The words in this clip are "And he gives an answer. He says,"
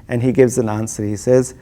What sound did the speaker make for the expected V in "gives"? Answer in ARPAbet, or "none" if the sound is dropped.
V